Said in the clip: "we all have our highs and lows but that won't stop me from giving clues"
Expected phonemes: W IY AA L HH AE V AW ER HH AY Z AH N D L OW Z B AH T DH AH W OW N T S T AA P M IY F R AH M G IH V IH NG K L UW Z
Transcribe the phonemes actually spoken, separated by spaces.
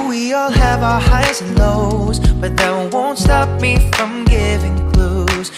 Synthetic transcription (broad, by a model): W IY AA L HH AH V AW ER HH AY AH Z L OW Z B AH T DH AH W OW N T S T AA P M IY F R AH M G IH V IH NG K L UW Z